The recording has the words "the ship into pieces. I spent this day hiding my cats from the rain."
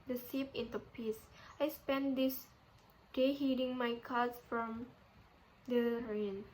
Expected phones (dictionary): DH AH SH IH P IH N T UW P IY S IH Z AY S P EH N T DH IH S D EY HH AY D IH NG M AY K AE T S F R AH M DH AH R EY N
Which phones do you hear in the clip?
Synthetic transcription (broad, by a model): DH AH S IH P IH N T UW P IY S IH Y S P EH N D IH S D EY HH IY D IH NG M AY K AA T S F R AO M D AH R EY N